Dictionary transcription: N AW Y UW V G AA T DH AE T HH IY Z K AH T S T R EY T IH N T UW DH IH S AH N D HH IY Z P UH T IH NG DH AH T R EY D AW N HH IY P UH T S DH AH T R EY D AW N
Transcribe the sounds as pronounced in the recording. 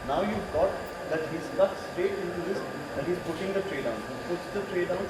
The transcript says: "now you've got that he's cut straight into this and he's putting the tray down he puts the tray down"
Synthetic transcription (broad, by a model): N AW Y UW V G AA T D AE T HH IY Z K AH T S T EY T IH N T UW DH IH S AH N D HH IY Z P UH T IH NG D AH T R EY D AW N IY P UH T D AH T R EY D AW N